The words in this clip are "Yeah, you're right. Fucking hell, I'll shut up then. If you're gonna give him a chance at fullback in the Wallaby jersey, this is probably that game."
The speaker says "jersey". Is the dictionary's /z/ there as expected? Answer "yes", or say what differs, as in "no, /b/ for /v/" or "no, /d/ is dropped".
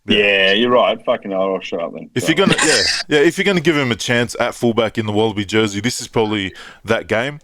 yes